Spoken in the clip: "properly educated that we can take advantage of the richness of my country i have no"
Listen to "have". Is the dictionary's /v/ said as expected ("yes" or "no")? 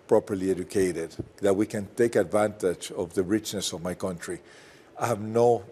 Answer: yes